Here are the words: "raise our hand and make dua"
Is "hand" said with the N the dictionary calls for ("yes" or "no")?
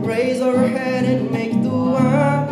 no